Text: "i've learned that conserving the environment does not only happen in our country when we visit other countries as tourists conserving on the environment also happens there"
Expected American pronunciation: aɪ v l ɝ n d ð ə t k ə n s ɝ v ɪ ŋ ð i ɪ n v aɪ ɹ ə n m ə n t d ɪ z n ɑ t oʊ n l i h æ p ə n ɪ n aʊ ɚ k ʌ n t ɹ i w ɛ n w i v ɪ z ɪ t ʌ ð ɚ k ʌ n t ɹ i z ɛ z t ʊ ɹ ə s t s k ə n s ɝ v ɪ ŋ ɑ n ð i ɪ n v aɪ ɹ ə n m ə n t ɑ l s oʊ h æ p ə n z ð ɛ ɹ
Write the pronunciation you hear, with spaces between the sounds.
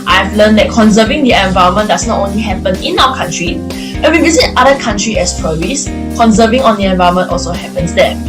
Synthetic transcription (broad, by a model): aɪ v l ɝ n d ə t k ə n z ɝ v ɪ ŋ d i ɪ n v aɪ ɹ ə m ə n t d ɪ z n ɑ t oʊ n l i h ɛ p ə n ɪ n aʊ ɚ k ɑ n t ɹ i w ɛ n w i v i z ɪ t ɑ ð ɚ k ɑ n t ɹ i ɛ s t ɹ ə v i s k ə n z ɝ v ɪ ŋ ɑ n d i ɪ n v aɪ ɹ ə m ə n t ɑ l s oʊ h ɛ p ə n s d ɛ